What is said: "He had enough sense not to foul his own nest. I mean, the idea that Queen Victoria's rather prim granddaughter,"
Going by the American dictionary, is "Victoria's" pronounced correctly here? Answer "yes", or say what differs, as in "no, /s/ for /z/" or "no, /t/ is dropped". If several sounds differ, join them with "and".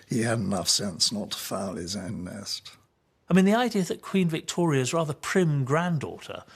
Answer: yes